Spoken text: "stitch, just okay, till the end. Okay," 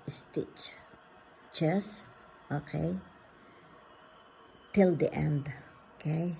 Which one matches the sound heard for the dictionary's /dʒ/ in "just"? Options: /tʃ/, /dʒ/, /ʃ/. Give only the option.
/tʃ/